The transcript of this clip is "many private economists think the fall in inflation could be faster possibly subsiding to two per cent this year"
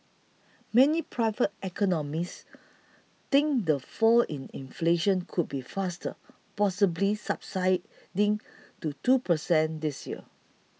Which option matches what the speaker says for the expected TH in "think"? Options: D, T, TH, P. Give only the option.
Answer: T